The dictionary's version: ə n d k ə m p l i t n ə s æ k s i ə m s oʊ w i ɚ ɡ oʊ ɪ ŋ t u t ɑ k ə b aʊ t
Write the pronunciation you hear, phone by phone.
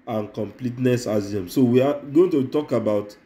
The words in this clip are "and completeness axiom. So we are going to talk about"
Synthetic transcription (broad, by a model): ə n k ə m p l i t n ə s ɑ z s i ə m s oʊ w i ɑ ɡ oʊ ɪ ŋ t u t ɑ k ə b aʊ t